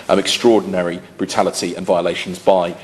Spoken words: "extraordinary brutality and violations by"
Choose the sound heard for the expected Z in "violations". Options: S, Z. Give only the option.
Z